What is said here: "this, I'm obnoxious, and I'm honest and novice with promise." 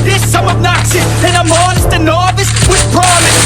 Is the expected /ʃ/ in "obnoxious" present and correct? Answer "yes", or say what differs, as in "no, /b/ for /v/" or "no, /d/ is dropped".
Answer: no, /s/ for /ʃ/